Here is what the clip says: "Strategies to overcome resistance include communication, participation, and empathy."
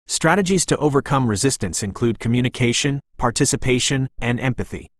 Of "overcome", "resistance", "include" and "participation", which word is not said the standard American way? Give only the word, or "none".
none